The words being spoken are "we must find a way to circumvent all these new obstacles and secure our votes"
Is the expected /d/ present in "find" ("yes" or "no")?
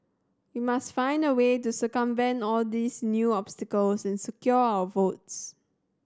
yes